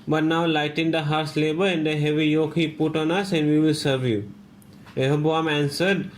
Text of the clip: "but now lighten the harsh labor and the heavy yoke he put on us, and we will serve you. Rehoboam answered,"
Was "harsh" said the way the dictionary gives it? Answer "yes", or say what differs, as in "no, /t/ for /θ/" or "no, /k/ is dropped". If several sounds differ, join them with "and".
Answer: no, /s/ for /ʃ/